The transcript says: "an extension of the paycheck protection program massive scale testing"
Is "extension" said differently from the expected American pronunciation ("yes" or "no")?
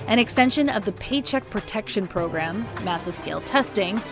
no